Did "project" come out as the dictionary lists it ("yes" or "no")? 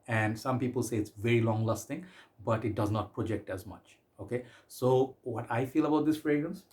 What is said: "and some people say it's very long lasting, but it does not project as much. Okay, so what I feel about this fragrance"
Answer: yes